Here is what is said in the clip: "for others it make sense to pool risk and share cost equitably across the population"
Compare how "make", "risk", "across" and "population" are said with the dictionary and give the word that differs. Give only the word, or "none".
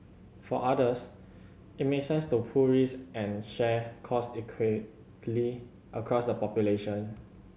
risk